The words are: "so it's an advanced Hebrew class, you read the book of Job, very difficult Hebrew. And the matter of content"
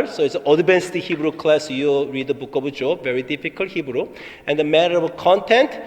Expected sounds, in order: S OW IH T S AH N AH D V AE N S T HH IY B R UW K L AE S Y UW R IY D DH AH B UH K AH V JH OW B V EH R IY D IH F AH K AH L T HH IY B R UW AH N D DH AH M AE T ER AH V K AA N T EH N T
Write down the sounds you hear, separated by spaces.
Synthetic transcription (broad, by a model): S OW IH T S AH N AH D B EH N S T HH IY B R UW K L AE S Y UW R IY D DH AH B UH K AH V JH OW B V EH R IY D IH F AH K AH L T HH IY B R UW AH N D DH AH M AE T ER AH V K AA N T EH N T